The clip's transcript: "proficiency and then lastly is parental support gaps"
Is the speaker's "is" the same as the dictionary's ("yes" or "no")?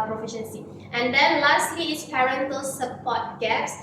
no